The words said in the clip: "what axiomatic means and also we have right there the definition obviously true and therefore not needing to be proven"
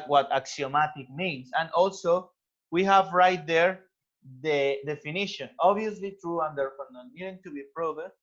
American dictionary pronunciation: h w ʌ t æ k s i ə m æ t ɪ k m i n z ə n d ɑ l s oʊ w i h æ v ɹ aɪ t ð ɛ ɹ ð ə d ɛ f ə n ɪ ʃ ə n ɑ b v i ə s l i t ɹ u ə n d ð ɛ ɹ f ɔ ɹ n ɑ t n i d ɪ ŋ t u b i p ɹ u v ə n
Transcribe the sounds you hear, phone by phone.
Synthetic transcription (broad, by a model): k w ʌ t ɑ k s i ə m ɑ t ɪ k m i n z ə n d ɑ l s oʊ w i h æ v ɹ aɪ t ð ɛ ɹ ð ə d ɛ f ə n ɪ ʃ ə n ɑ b i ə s l i t ɹ u ə n d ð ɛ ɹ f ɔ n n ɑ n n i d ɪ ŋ t u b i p ɹ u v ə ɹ